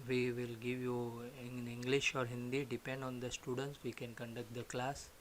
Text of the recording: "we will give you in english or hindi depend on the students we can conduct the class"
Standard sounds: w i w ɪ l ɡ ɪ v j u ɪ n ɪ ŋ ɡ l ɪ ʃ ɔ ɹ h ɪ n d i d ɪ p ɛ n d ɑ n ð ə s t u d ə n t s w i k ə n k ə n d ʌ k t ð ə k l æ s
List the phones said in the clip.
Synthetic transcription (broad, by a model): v i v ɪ l ɡ ɪ v j u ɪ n ɪ ŋ ɡ l ɪ ʃ ɔ ɹ h ɪ n d i d ɪ p ɛ n d ɑ n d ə s t u d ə n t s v i k ə n k ə n d ʌ k t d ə k l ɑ s